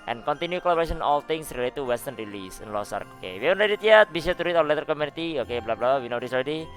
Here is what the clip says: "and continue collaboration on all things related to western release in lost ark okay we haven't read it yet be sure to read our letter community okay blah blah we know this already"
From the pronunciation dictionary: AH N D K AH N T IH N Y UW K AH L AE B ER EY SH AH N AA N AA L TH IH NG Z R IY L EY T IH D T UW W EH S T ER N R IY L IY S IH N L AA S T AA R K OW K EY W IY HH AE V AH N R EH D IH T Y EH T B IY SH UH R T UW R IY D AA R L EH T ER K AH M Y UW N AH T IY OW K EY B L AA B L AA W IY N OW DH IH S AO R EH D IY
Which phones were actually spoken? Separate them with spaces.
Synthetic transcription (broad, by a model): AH N K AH N T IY N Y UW K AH L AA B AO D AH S AA N AA L T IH NG S R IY L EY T T UW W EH S T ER N R IY L IY S IH N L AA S AA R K OW K EY W IY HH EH AH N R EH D IH T Y EH T B IY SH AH T UW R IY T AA L EH T ER K AH M Y UW N AH T IY OW K EY B L AA B L AA W IY N OW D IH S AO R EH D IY